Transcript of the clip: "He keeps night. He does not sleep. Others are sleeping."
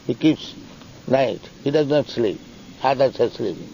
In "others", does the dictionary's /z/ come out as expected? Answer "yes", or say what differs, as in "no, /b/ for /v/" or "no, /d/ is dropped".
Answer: no, /s/ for /z/